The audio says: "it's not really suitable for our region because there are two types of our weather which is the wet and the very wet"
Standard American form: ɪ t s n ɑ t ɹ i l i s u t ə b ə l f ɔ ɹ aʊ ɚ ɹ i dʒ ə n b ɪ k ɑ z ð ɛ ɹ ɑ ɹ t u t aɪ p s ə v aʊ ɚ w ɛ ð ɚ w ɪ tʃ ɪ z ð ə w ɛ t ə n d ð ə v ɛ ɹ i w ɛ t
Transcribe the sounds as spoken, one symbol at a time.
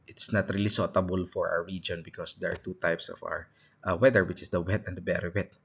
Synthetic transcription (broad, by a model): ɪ t s n ɑ t ɹ i l i s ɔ t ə b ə l f ɔ ɹ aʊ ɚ ɹ i dʒ ə n b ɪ k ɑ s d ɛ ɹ ɑ ɹ t u t aɪ p s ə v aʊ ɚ w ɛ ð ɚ w ɪ tʃ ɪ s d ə w ɛ t ə n d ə b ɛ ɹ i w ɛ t